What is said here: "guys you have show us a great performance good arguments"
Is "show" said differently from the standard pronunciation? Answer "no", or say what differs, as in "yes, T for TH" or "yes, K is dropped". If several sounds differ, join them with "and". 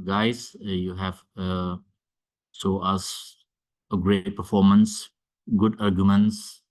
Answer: yes, S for SH